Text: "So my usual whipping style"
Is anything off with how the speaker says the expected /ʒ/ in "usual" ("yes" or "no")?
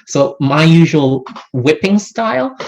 no